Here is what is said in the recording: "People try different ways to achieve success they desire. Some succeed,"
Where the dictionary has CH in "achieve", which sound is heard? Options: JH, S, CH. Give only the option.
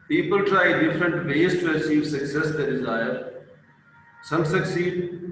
S